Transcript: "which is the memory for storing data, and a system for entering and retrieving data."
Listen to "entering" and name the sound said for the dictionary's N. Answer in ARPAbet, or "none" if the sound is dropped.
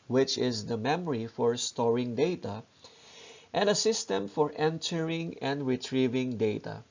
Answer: N